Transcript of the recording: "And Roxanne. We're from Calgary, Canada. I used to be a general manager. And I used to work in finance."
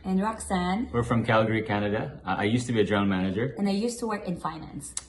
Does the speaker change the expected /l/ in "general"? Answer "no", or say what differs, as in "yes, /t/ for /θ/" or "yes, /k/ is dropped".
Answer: yes, /n/ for /l/